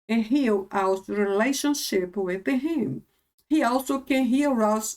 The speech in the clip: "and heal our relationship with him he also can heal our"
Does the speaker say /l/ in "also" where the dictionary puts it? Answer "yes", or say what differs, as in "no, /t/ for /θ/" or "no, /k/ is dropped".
yes